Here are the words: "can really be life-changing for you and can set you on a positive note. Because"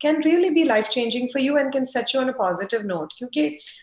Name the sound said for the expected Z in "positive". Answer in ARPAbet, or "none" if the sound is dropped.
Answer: Z